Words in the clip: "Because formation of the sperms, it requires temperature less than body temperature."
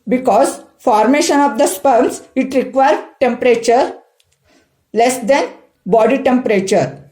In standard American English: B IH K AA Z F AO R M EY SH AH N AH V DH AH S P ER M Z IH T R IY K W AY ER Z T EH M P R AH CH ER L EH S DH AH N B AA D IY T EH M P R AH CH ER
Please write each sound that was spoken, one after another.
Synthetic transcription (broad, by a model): B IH K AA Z F AO R M EY SH AH N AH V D AH S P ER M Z IH T R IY K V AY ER T EH M P R AH CH ER L EH S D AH N B AA D IY T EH M P R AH CH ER